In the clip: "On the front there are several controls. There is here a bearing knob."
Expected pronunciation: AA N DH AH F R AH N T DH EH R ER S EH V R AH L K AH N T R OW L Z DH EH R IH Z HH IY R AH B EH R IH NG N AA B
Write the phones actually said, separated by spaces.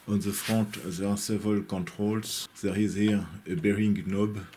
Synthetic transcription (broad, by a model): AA N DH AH F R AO T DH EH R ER S EH V R AH L K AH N T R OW L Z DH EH R IH Z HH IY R AH B EH R IH NG N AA B